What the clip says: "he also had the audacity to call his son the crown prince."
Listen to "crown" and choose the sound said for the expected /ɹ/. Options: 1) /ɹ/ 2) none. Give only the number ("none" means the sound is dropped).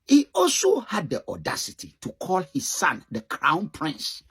1